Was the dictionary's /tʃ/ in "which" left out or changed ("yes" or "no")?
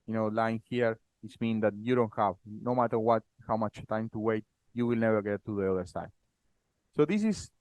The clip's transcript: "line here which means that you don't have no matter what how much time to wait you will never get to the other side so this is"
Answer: yes